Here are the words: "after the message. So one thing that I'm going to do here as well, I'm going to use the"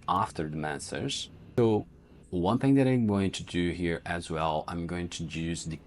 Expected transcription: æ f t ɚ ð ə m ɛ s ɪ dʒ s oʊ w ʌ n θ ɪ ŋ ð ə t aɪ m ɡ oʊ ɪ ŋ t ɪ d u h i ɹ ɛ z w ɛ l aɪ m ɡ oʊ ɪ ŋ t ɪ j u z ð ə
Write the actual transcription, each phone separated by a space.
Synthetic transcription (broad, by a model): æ f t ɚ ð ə m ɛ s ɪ z s oʊ w ʌ n θ ɪ ŋ ð ə t aɪ m ɡ oʊ ɪ ŋ t ɪ d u h i ɹ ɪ z w ɛ l aɪ m ɡ oʊ ɪ ŋ t ɪ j u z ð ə